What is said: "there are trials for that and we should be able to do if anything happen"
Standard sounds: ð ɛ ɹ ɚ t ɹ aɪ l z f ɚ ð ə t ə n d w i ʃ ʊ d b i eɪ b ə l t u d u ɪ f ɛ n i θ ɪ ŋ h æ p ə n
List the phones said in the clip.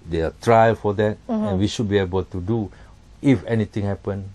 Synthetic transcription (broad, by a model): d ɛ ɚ t ɹ aɪ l f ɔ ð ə t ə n w i ʃ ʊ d b i eɪ b ə l t u d u ɪ f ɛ n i t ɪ ŋ h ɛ p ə n